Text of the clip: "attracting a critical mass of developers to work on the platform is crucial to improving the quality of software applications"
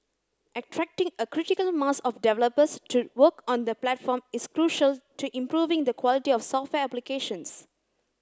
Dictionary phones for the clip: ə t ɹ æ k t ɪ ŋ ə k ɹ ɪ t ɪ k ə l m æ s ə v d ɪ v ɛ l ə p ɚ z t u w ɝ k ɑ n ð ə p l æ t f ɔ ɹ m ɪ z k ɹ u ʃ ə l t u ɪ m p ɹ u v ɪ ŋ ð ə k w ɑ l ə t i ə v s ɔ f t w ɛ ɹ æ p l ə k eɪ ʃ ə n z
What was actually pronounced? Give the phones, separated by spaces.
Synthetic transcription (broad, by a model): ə t ɹ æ k t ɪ ŋ ə k ɹ ɪ t ɪ k ə l m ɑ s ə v d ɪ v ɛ l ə p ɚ s t u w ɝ k ɑ n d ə p l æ t f ɔ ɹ m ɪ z k ɹ u ʃ ə l t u ɪ m p ɹ u v ɪ ŋ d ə k w ɑ l ə t i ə f s ɔ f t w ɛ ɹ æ p l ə k eɪ ʃ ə n s